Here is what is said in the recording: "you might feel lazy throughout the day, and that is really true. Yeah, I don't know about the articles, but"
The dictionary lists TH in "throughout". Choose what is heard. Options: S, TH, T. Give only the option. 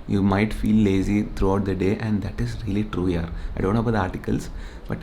T